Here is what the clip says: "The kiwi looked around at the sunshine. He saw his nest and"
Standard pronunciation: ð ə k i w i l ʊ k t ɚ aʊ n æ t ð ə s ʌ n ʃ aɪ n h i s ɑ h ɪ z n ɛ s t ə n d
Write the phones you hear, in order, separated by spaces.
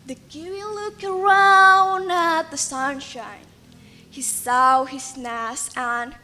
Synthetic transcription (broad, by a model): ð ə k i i l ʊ k ɚ aʊ n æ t ð ə s ʌ n ʃ aɪ n h i s ɑ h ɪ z n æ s ə n